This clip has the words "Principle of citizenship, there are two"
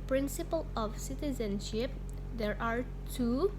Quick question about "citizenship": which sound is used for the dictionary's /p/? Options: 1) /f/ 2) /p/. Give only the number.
2